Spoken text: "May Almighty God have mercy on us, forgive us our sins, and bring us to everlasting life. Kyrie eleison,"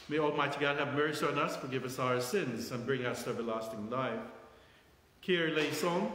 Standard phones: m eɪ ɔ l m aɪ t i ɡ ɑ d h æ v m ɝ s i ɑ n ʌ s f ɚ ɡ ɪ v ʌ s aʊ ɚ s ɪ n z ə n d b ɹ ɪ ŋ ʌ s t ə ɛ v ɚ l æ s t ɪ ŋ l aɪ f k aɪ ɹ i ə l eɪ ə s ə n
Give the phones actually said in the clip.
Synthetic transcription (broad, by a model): m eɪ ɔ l m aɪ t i ɡ ɑ d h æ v m ɝ s i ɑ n ʌ s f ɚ ɡ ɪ v ʌ s aʊ ɚ s ɪ n z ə n b ɹ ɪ ŋ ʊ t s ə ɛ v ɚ l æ s t ɪ ŋ l aɪ f k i ɹ l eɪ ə s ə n